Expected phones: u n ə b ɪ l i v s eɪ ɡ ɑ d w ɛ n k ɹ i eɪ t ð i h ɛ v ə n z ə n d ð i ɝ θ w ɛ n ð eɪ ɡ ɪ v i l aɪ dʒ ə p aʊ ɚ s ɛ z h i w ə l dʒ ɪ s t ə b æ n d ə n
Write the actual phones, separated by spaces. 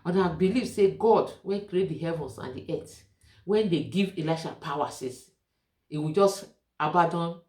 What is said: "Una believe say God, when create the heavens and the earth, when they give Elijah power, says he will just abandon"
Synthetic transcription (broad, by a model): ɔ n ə b ɪ l i v s eɪ ɡ ɑ d w ɛ n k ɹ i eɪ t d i h ɛ v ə n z ə n d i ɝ t w ɛ n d eɪ ɡ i v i l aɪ ʃ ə p aʊ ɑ s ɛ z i w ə dʒ ɪ s t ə b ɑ d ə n